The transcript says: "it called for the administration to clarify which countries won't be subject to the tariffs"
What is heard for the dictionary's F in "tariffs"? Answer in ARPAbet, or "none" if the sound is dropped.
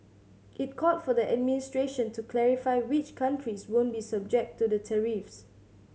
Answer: F